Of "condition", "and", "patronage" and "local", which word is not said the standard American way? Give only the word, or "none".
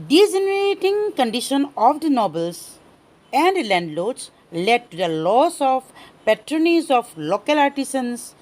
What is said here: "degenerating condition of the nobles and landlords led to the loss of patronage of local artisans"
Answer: patronage